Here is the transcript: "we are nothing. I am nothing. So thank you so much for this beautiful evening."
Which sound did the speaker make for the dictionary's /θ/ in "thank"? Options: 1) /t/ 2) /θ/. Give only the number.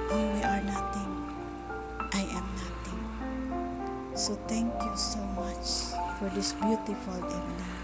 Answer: 1